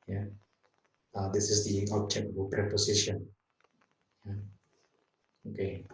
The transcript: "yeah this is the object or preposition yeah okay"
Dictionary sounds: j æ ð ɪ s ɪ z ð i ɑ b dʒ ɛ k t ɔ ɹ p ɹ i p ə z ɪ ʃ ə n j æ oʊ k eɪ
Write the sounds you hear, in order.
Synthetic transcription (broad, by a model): j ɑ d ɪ s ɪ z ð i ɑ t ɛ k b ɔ l p ɹ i p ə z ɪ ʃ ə n j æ oʊ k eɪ